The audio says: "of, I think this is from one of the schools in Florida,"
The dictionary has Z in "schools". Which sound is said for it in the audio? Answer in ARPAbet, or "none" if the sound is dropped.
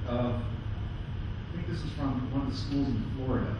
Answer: Z